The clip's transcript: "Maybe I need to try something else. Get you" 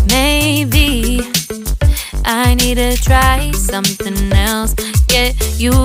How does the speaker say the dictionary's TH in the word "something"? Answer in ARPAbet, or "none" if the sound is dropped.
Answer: TH